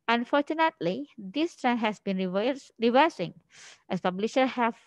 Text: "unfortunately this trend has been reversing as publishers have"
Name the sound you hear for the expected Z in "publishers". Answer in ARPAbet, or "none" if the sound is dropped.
none